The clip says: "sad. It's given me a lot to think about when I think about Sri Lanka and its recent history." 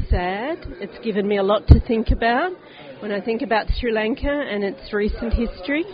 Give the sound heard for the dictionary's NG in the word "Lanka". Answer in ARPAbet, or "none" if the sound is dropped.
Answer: NG